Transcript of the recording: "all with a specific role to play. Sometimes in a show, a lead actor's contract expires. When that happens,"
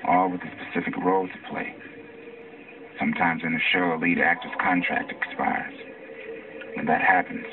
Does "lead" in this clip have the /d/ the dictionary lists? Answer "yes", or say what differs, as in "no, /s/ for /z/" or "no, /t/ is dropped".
yes